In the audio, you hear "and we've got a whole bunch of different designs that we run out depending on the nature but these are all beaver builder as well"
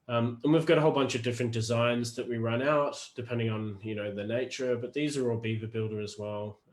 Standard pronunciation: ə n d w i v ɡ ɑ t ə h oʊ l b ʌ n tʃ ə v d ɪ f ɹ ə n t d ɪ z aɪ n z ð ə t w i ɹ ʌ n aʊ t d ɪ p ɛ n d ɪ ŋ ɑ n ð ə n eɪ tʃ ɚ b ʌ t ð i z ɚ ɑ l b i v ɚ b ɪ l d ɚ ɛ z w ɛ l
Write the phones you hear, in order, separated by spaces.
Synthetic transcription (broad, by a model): ə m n w i v ɡ ɑ t ə h oʊ l b ʌ n tʃ ə v d ɪ f ɹ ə n d ɪ z aɪ n z ð ə t w i ɹ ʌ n aʊ t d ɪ p ɛ n d ɪ ŋ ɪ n ð ə n eɪ tʃ ɚ b ʌ t ð i z ɚ ɑ l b i v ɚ b ɪ l d ɚ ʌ z w ɛ l